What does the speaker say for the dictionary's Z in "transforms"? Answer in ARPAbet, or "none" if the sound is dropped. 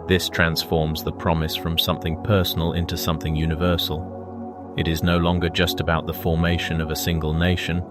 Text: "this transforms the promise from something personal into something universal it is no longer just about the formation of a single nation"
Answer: Z